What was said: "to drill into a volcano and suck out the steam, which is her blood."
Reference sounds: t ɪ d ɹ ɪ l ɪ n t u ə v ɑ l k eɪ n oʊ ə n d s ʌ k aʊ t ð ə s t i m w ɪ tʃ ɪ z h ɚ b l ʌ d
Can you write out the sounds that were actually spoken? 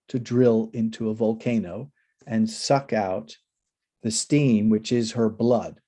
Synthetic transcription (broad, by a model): t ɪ d ɹ ɪ l ɪ n t u ə v ɑ l k eɪ n oʊ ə n s ʌ k aʊ t ð ə s t i m w ɪ tʃ ɪ z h ɚ b l ʌ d